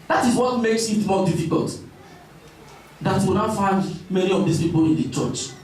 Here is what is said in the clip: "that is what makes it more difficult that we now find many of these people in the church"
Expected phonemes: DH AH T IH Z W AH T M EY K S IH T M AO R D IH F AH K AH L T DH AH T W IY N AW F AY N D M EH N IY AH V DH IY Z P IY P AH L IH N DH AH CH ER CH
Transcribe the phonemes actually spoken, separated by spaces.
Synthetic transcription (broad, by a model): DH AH T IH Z W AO T M EY K S IH T M AO D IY F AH K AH L T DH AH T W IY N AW F AY N D M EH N IY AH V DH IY S P IY P AH L IH N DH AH CH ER CH